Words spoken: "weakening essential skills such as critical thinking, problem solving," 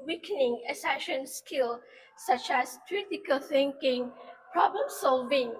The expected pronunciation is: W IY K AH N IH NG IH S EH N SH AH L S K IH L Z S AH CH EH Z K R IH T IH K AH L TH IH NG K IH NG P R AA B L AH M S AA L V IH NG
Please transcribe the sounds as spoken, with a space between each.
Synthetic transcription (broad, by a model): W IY K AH N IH NG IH S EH SH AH N S K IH L S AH CH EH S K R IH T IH K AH L TH IH NG K IH NG P R AA B L AH M S AA L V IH NG